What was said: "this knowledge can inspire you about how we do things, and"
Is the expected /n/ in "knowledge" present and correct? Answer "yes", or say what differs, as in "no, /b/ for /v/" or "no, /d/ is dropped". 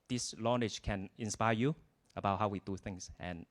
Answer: no, /l/ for /n/